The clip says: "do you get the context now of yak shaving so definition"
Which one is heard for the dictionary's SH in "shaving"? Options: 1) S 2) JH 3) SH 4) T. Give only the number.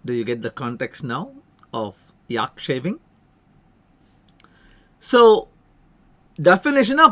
3